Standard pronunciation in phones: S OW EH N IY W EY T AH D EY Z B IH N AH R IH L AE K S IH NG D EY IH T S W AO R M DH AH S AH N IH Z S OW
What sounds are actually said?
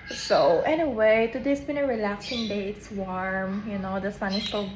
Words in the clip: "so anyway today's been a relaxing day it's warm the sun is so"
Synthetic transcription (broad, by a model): S OW EH N IY W EY T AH D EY S B IH N AH R IH L AE K S IH NG D EY IH T S W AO R M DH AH S AH N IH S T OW